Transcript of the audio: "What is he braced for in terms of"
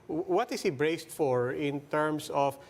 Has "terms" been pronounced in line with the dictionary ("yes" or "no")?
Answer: no